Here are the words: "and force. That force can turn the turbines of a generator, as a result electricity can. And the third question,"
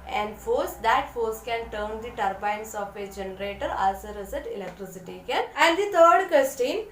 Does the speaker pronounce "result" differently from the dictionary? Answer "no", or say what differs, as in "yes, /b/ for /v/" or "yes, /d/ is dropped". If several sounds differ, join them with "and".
yes, /l/ is dropped